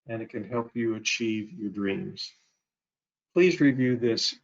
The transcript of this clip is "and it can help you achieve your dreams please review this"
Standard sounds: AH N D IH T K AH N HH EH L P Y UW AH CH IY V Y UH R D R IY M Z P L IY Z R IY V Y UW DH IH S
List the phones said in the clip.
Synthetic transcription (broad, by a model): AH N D IH T K AH N HH EH L P Y AH CH IY V Y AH R D R IY M Z P L IY Z R IY V Y UW DH IH S